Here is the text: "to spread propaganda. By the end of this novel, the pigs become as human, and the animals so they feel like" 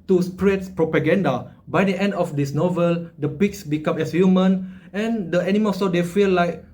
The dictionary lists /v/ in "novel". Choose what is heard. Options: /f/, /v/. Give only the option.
/v/